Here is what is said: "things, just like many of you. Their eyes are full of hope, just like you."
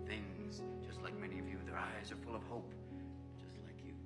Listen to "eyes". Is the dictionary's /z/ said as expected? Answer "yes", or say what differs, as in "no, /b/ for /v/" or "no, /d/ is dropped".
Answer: yes